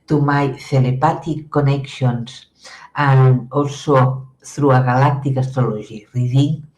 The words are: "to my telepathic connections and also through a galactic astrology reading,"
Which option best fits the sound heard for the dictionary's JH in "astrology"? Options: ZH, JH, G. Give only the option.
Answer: ZH